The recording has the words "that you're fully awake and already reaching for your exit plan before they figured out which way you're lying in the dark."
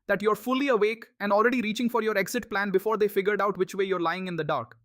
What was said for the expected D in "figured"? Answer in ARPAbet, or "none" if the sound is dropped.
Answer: D